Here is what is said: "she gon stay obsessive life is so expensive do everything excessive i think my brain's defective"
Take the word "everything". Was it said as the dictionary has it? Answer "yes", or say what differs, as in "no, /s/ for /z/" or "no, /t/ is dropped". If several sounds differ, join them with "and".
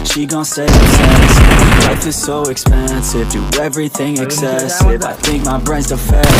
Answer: yes